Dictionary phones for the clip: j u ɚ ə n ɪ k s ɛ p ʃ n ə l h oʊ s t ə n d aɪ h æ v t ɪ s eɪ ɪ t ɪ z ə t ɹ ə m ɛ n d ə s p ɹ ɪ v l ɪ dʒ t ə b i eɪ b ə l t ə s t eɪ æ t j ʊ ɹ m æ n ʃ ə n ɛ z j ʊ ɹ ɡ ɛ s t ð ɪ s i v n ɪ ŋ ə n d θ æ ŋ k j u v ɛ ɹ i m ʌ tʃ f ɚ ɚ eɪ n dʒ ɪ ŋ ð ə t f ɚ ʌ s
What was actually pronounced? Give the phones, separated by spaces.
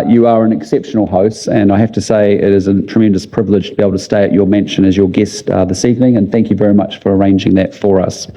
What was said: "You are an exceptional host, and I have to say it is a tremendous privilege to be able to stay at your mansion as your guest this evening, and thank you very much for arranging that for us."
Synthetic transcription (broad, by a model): j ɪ ɚ ə n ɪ k s ɛ p ʃ n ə l h oʊ s t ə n aɪ h æ f t ɪ s eɪ ɪ t ɪ z ə t ɹ ə m ɛ n d ə s p ɹ ɪ v l ɪ dʒ t ə b i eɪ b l t ə s t eɪ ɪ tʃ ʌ ɹ m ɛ n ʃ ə n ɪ z j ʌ ɹ ɡ ɛ s t ð ɪ s i v n ɪ ŋ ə n θ æ ŋ k j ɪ v ɛ ɹ i m ʌ tʃ f ɚ ɚ eɪ n dʒ ɪ ŋ ð ə t f ɚ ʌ s